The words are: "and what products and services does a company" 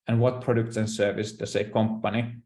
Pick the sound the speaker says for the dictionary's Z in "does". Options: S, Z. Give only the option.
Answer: S